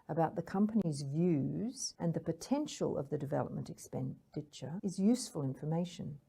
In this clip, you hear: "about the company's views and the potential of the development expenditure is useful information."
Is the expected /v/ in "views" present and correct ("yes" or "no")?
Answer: yes